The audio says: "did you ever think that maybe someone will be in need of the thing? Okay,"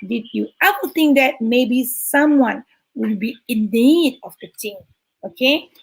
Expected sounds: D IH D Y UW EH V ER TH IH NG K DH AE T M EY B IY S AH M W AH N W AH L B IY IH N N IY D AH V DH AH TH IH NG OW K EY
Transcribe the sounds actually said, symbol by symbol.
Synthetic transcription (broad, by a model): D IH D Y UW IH W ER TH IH NG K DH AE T M EY B IY S AH M W AH N W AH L B IY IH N N IY D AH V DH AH T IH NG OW K EY